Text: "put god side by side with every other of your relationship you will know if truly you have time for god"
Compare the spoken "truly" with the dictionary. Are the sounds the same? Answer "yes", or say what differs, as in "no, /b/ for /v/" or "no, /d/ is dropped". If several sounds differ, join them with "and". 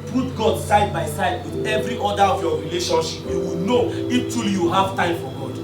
no, /ɹ/ is dropped